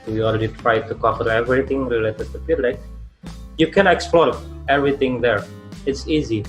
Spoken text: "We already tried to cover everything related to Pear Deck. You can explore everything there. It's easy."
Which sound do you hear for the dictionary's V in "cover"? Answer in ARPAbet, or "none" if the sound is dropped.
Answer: F